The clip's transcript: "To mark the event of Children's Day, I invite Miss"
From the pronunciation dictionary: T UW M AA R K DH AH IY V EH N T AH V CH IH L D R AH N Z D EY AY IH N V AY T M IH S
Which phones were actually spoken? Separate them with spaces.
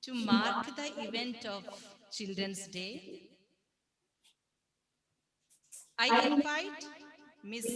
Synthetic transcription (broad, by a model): T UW M AA R K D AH IY V EH N T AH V CH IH L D R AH N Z D EY AY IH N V AY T M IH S